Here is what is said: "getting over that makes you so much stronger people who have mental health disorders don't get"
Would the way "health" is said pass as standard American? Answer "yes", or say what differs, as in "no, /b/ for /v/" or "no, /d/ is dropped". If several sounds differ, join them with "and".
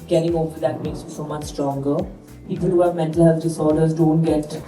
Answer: no, /s/ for /θ/